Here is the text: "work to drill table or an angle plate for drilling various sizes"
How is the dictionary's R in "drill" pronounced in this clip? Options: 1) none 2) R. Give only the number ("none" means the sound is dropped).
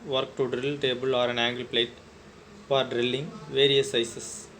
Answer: 2